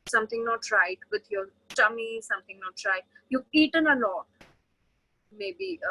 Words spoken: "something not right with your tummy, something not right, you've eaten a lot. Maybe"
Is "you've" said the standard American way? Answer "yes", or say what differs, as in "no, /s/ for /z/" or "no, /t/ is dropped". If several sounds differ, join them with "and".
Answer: no, /v/ is dropped